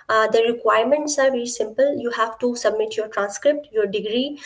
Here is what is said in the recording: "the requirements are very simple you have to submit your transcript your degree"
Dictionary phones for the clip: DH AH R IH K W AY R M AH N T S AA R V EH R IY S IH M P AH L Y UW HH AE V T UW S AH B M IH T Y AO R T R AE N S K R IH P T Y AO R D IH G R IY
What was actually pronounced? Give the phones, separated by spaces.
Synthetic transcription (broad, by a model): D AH R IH K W AY R M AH N T S AA R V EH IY S IH M P AH L Y UW HH AE V T UW S AH B M IH T Y AO R T R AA N S K R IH P T Y AO R D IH G R IY